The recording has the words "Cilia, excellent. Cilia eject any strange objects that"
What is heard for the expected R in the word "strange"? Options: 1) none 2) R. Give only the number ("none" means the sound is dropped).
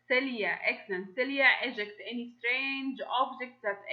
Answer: 2